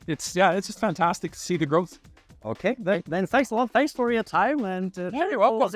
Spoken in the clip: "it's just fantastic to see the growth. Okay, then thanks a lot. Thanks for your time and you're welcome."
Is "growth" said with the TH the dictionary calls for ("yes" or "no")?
yes